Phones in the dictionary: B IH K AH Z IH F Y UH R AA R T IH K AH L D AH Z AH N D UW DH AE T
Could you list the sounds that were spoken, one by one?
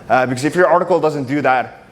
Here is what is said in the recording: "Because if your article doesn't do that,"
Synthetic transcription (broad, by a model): B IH K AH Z IH F Y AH R AA R T IH K AH L D AH Z AH N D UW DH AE T